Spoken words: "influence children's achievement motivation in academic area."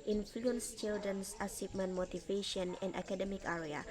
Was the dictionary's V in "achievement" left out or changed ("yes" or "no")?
yes